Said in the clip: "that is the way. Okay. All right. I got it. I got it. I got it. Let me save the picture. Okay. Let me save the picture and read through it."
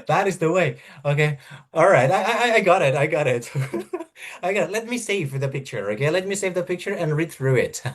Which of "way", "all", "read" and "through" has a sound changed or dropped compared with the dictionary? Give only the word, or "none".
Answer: none